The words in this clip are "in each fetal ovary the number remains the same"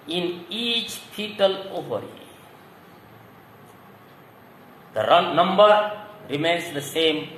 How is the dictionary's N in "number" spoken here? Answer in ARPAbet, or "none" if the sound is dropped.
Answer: N